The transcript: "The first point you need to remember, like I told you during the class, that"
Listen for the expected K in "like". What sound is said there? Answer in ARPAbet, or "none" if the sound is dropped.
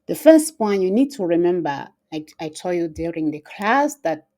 none